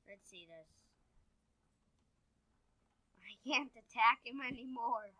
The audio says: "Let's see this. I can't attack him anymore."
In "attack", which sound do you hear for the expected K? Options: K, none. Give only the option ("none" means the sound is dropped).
K